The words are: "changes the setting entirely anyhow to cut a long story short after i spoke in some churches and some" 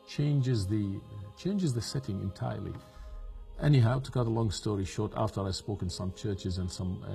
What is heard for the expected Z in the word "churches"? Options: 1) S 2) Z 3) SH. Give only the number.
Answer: 2